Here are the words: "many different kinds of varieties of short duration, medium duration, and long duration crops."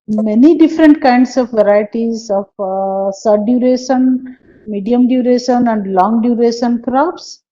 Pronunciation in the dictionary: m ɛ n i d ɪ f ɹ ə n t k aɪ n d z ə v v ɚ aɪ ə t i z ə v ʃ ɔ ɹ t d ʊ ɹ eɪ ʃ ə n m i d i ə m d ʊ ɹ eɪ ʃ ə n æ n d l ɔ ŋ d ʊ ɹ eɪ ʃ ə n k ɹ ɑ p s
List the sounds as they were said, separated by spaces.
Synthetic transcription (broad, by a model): m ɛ n i d ɪ f ɹ ə n t k aɪ n d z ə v v ɚ aɪ ə t i z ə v s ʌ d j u ɹ eɪ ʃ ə n m i d i ə m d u ɹ eɪ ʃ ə n æ n d l ɔ ŋ d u ɹ eɪ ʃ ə n k ɹ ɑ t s